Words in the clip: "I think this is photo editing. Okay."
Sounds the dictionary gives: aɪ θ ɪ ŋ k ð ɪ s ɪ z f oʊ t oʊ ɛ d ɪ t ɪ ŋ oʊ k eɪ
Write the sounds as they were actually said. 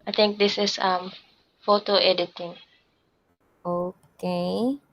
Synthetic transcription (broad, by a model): aɪ t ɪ ŋ k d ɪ s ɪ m f oʊ t oʊ ɛ d ɪ t ɪ ŋ oʊ k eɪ